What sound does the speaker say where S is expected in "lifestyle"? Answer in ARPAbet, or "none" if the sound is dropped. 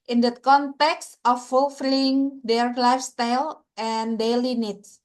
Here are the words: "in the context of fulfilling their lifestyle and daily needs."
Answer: S